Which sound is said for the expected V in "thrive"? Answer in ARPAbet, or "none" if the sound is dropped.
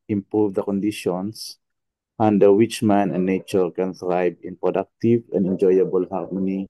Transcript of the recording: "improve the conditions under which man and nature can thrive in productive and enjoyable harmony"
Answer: B